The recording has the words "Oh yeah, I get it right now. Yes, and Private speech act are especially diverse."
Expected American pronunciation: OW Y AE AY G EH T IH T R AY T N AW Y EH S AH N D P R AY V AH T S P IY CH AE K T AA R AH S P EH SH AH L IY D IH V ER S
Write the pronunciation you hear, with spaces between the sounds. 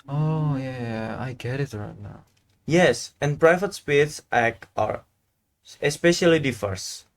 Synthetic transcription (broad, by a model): OW Y AE AY G EH T IH T R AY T N AW Y EH S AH N P R AY V AH T S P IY S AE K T AA R AH S P EH SH AH L IY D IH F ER S